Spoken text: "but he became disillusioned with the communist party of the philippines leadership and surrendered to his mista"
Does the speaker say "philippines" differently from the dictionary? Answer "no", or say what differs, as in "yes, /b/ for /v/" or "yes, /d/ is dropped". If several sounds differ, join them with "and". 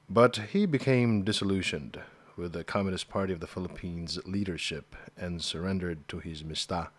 no